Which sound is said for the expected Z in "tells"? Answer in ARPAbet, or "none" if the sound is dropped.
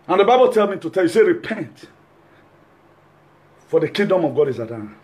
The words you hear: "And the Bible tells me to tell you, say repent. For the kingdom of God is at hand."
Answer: none